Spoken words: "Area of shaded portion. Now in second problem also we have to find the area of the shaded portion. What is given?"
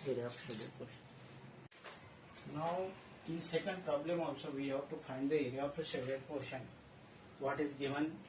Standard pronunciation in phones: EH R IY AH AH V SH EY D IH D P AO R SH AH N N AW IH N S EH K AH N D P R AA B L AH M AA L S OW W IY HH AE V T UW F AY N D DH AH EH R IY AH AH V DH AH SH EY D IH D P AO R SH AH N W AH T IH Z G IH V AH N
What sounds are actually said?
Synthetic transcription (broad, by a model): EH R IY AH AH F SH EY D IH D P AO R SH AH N N AW IH N S EH K AH N D P R AA B L AH M AA L S OW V IY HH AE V T UW F AY N D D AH EH R IY AH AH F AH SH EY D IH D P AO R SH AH N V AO T IH Z G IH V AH N